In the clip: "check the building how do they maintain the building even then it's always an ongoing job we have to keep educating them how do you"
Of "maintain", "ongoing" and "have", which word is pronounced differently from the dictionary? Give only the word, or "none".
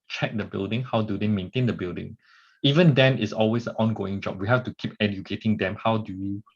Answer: have